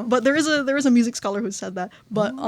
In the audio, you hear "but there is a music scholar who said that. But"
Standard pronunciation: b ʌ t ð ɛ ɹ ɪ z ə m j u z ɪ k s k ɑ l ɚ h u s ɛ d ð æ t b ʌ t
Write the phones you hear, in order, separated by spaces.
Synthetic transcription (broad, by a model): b ʌ t ð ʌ ɹ ɪ z ə m j u z ɪ k s k ɑ l ɚ h u s ɛ d ð æ t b ʌ t